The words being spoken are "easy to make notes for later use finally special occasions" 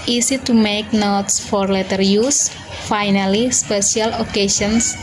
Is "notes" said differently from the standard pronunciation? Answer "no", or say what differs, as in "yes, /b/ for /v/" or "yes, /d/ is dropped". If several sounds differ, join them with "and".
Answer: no